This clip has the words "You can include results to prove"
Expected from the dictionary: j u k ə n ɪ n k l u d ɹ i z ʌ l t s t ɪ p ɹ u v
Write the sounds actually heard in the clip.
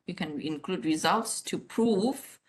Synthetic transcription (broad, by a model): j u k ə n ɪ n k l u d ɹ i z ʌ l t s t ɪ p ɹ u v